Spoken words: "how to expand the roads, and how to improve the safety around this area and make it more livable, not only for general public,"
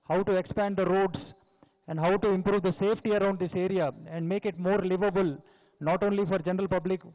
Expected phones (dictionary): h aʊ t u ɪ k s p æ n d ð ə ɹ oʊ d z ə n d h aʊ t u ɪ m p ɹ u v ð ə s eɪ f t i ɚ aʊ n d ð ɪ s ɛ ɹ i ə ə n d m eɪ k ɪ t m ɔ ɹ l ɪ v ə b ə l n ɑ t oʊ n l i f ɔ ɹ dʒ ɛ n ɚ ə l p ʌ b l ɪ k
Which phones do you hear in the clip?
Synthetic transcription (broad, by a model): h aʊ t u ɪ k s p æ n d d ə ɹ oʊ d s ə n d h aʊ t u ɪ m p ɹ u v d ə s eɪ f t i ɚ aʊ n d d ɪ s ɛ ɹ i ə ə n d m eɪ k ɪ t m ɔ ɹ l ɪ v ə b ə l n ɑ t oʊ n l i f ɔ ɹ dʒ ɛ n ɚ ə l p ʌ b l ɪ k